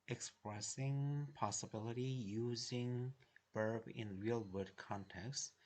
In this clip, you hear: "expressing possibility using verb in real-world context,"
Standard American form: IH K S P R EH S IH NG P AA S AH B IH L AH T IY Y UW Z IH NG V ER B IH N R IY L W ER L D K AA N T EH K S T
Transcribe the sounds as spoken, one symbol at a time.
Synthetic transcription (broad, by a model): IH K S P R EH S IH NG P AA S AH B IH L AH T IY Y UW Z IH NG B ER B IH N R IY L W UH D K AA N T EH K S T